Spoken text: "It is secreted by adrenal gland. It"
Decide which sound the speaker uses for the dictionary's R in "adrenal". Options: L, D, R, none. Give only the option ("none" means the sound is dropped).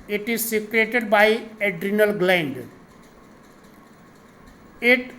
R